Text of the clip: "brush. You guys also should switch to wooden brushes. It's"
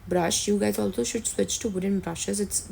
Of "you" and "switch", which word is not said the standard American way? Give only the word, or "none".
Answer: none